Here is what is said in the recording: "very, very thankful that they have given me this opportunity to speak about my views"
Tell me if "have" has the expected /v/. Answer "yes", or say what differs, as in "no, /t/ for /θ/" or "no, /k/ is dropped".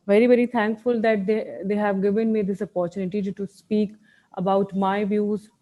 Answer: yes